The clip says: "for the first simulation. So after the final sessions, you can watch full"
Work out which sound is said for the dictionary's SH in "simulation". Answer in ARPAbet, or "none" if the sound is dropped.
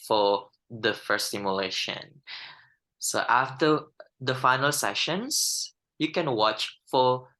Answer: SH